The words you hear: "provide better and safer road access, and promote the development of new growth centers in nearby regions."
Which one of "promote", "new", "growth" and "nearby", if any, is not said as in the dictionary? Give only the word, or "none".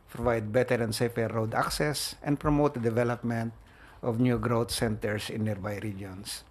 growth